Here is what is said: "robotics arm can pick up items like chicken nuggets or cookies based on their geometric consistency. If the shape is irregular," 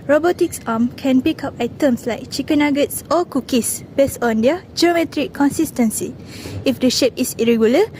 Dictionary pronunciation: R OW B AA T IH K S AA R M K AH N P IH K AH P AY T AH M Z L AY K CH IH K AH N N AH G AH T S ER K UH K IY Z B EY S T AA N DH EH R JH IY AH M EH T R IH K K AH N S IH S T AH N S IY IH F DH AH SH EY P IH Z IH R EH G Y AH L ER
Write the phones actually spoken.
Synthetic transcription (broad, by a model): R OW B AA T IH K S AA M K AH N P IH K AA P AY T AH M S L AY K CH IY K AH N N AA G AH T S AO K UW K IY S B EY S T AA N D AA JH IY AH M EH T R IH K K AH N S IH S T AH N S IY IH F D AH SH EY P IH S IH R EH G Y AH L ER